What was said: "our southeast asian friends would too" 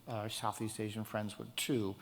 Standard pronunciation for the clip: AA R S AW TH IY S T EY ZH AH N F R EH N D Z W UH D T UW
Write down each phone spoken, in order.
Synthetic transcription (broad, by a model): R S AW TH IY S T EY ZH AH N F R EH N D Z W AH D T UW